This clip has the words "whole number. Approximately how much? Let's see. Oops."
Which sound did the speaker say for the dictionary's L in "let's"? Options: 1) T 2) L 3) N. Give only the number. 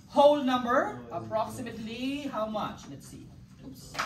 3